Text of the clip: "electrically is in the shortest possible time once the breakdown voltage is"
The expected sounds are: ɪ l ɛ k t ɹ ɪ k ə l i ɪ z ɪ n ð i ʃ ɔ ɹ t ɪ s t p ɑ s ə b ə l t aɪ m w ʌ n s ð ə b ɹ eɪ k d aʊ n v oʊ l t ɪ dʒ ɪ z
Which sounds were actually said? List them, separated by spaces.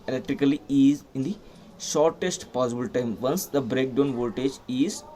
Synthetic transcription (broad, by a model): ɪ l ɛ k t ɹ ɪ k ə l i ɪ z ɪ n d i ʃ ɔ ɹ t ɪ s t p ɑ s ə b ə l t aɪ m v ʌ n s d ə b ɹ eɪ k d aʊ n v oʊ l t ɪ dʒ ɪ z